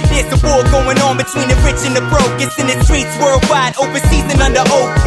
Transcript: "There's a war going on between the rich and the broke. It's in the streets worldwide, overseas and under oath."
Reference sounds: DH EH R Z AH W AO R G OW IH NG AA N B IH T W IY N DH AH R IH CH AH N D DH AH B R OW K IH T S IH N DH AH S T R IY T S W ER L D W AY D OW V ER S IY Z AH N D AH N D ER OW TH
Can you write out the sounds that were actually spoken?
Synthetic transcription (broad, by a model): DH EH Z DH AH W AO L G OW IH NG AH N B IH T W IY N DH AH R IH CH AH N DH AH B R OW K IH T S IH N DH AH S T R IY T S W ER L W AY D OW V ER S IY Z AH N AH N D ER OW